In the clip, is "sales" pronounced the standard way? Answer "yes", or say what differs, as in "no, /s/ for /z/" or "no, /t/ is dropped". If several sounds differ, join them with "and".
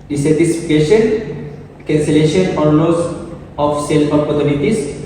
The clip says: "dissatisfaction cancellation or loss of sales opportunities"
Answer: no, /z/ is dropped